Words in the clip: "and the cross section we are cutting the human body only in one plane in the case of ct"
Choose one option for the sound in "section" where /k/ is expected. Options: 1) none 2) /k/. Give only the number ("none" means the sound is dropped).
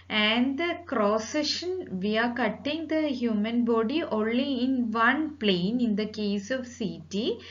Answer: 1